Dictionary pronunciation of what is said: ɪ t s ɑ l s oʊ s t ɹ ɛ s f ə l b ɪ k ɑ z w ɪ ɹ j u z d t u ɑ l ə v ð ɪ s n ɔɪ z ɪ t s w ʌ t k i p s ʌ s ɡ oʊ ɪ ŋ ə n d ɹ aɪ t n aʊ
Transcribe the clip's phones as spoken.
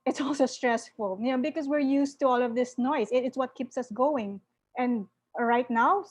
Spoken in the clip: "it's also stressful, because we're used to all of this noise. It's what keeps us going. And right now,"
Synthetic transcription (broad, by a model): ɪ t s ɑ l s oʊ s t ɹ ɛ s f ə l b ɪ k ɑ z w ɪ ɹ j u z t u ɑ l ə v ð ɪ s n ɔɪ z ɪ t s w ʌ t k i p s ʌ s ɡ oʊ ɪ ŋ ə n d ɹ aɪ t n aʊ